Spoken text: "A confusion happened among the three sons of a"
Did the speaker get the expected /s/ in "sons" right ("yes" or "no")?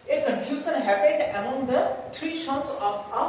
no